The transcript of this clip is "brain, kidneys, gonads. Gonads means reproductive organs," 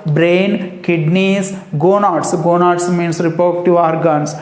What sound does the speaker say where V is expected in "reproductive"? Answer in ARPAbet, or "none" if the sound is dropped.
none